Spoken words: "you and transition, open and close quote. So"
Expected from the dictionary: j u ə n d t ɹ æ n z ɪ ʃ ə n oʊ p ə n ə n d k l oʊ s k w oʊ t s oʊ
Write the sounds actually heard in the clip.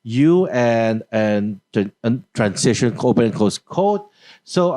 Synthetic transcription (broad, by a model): j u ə n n t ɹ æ n s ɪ ʃ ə n oʊ p ə n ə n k oʊ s k oʊ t s oʊ